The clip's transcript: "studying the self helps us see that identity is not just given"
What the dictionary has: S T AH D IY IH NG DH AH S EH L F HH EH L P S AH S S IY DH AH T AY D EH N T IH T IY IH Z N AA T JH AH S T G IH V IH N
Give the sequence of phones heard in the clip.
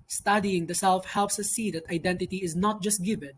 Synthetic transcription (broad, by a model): S T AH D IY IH NG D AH S EH L F HH EH L P S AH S S IY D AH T AY D EH N T IH T IY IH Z N AA T JH AH S T G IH V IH N